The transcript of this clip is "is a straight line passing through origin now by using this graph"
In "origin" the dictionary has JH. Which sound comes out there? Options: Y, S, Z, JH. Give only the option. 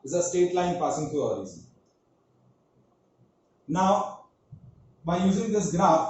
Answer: Z